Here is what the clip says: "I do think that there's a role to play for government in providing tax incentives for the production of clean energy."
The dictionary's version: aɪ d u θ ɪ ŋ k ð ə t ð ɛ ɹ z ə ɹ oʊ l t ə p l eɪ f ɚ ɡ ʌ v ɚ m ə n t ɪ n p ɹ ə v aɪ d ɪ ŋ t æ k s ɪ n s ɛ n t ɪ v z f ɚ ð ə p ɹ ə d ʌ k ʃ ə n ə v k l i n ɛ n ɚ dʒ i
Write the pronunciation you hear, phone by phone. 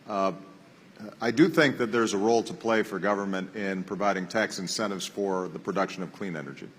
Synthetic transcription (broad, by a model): aɪ d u θ ɪ ŋ k ð ə t ð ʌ ɹ z ə ɹ oʊ l t ə p l eɪ f ɚ ɡ ʌ v ɚ m ə n t ɪ n p ɹ ə v aɪ d ɪ ŋ t æ k s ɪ n s ɛ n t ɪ v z f ɚ ð ə p ɹ ə d ʌ k ʃ ə n ə v k l i n ɛ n ɚ dʒ i